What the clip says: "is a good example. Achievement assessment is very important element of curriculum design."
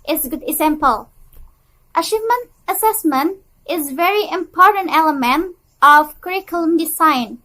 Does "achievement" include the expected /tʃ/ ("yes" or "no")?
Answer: no